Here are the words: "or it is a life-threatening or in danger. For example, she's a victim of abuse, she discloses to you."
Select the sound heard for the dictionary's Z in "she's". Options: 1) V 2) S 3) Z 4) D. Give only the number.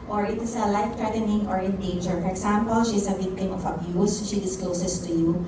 2